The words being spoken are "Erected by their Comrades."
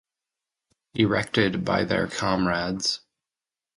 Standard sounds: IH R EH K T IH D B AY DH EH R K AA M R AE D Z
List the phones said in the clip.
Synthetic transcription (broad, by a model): IH R EH K T IH D B AY DH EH R K AA M R AE D Z